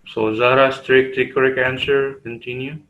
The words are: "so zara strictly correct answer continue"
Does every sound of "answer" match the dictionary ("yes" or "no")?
yes